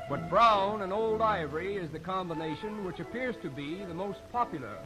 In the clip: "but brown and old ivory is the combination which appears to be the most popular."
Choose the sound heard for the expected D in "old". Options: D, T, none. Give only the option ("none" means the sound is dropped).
D